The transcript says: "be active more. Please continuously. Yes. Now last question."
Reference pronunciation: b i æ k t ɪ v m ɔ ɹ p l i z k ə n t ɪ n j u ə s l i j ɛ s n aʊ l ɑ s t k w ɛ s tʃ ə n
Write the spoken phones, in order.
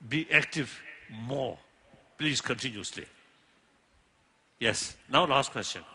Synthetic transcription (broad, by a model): b i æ k t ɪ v m ɔ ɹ p l i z k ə n t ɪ n j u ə s l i j ɛ s n aʊ l ɑ s t k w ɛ s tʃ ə n